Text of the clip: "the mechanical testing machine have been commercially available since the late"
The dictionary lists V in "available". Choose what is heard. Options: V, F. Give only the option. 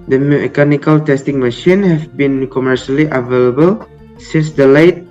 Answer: V